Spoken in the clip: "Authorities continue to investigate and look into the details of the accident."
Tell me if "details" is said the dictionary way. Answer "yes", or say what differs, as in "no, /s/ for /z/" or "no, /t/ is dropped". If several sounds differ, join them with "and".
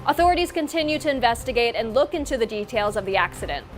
yes